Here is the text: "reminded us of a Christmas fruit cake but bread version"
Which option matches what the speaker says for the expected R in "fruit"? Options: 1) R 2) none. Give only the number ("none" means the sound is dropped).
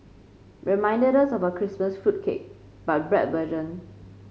2